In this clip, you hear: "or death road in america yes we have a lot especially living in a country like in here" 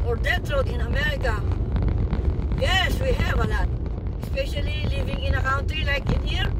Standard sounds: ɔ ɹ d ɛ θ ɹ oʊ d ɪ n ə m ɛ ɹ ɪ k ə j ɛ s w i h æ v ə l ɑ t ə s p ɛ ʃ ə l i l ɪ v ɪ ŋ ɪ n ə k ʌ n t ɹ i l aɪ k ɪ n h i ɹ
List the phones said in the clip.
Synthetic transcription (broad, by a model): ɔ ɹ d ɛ t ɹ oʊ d ɪ n ə m ɛ ɹ ɪ k ə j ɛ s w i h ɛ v ə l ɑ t ə s p ɛ ʃ ə l i l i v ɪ ŋ ɪ n ə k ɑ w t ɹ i l aɪ k ɪ n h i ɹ